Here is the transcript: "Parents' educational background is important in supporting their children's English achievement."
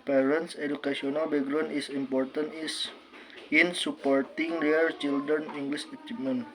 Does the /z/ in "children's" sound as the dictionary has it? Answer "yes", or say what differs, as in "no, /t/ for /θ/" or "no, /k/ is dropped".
no, /z/ is dropped